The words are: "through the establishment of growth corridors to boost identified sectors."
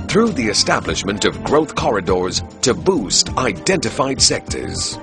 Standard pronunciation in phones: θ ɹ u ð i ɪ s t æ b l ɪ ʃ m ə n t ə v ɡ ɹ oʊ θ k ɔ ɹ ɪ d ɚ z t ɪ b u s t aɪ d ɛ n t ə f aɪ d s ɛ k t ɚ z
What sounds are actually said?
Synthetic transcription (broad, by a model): θ ɹ u ð i ɪ s t æ b l ɪ ʃ m ə n t ə v ɡ ɹ oʊ θ k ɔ ɹ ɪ d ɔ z t ɪ b u s t aɪ d ɛ n t ə f aɪ d s ɛ k t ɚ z